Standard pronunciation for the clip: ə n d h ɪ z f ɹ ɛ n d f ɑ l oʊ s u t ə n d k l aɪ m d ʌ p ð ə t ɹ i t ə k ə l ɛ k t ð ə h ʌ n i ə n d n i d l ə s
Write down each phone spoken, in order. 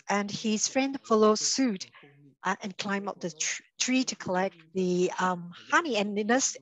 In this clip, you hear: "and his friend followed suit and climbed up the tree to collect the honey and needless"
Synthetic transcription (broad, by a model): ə n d h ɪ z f ɹ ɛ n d f ɑ l oʊ s u t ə n k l aɪ m ʌ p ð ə t ɹ i t ə k ə l ɛ k t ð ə h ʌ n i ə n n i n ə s